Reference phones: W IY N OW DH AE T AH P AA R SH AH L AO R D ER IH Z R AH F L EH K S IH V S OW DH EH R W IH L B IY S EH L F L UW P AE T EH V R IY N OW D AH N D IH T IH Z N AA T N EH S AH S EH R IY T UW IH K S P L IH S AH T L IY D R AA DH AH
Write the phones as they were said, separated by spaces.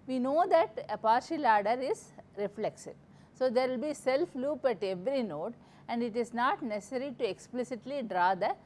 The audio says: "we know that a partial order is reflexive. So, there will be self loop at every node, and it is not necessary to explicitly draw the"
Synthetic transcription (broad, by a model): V IY N OW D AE T AH P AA R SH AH L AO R D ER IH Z R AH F L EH K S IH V S OW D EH R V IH L B IY S EH L F L UW P AE T EH V R IY N OW D AH N D IH T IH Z N AA T N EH S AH S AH R IY T UW IH K S P L IH S AH T L IY D R AA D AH